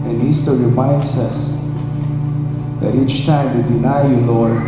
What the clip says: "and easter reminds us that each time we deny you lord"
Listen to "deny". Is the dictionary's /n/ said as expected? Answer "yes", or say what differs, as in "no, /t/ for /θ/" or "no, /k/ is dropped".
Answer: yes